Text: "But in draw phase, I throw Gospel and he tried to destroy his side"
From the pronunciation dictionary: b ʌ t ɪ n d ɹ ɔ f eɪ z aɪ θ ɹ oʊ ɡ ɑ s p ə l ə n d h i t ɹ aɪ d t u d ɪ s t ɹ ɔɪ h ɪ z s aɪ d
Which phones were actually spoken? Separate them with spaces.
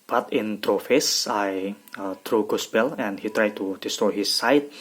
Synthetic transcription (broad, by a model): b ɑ t ɪ n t ɹ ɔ f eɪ s aɪ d ɹ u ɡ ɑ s b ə l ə n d h i t ɹ aɪ d t u d ɪ s t ɹ ɔɪ h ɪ s aɪ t